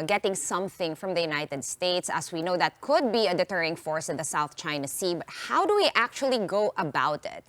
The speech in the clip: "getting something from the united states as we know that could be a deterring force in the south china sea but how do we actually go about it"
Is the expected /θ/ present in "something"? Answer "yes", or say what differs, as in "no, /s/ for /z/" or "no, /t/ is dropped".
yes